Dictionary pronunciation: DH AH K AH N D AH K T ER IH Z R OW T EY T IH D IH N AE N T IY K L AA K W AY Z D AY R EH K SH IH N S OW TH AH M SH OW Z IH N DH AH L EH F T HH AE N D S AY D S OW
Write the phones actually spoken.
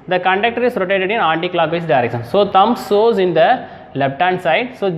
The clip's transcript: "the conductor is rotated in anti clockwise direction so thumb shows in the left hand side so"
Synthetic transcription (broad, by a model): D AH K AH N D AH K T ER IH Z R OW T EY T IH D IH N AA N T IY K L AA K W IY S D AY R EH K SH IH N S OW T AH M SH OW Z IH N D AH L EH P T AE N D S AY D S OW